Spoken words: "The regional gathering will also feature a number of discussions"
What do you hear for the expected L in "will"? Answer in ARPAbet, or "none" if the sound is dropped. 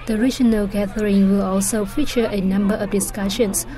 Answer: L